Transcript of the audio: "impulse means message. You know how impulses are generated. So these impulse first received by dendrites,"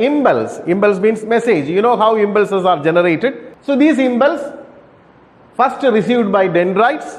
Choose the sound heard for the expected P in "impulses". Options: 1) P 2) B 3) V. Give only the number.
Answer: 2